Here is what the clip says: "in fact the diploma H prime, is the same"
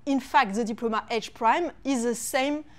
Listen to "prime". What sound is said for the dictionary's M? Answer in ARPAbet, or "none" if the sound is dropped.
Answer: M